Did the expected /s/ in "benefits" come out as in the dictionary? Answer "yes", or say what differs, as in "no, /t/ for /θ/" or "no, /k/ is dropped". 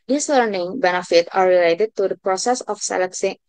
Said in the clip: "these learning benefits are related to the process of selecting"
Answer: no, /s/ is dropped